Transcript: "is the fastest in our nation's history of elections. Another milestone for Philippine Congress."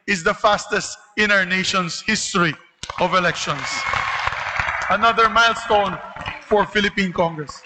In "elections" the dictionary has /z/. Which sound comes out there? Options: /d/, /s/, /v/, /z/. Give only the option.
/s/